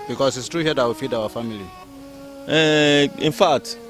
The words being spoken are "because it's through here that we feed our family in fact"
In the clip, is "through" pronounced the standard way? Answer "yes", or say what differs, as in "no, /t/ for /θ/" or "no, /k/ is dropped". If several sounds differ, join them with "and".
no, /t/ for /θ/